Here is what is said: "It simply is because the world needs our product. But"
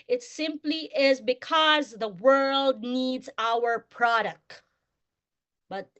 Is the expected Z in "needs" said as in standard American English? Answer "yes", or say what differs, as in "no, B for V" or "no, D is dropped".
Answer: yes